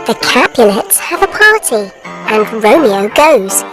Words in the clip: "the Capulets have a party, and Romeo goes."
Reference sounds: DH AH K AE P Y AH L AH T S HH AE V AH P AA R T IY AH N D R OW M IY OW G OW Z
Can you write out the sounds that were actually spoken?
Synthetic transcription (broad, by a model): DH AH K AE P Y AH N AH T S HH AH V AH P AA R T IY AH N R OW M IY OW G OW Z